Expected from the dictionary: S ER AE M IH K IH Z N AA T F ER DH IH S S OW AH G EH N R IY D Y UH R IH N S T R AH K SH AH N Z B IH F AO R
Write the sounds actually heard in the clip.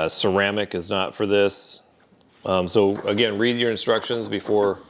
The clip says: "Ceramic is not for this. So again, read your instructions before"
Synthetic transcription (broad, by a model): S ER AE M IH K IH Z N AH T F ER DH IH S S OW AH G EH N R IY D Y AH R IH N S T R AH K SH AH N Z B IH F AO R